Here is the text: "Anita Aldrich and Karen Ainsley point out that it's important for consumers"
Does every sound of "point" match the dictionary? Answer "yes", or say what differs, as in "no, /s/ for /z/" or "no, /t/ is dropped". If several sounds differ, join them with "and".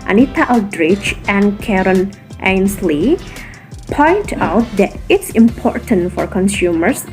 yes